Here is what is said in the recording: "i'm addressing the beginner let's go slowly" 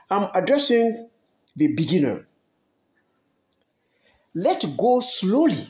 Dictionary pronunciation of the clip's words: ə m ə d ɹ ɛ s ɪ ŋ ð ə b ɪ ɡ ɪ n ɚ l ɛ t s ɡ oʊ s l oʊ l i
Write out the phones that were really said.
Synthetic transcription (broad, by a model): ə m ə d ɹ ɛ s ɪ ŋ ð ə b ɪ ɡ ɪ n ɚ l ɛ t ɡ oʊ s l oʊ l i